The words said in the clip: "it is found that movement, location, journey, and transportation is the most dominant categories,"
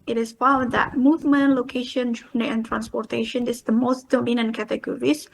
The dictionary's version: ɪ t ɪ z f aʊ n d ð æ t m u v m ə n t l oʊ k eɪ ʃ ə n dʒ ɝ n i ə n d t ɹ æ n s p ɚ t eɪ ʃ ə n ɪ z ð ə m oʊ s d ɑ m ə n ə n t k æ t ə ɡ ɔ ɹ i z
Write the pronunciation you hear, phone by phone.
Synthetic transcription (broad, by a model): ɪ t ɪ s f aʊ d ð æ t m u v m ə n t l oʊ k eɪ ʃ ə n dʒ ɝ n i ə n t ɹ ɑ n s p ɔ t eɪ ʃ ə n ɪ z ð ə m oʊ s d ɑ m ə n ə n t k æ t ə ɡ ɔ ɹ i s